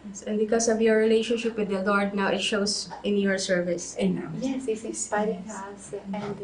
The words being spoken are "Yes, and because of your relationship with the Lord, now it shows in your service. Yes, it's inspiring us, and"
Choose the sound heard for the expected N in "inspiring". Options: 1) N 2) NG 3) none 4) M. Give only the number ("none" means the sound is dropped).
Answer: 3